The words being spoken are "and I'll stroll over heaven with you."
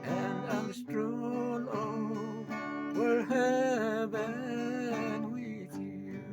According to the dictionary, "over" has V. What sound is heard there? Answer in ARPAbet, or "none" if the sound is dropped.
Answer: W